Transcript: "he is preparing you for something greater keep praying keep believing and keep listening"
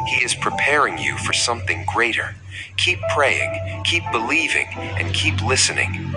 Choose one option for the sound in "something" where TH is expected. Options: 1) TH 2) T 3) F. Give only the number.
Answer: 1